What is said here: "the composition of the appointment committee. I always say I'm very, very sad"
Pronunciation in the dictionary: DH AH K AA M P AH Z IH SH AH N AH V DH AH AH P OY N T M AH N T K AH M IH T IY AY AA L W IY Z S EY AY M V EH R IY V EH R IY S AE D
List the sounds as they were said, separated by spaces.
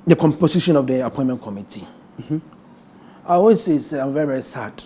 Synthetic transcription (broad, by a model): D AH K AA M P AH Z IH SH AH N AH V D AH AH P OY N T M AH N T K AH M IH T IY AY AA W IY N S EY AY M V EH R IY V EH R IY S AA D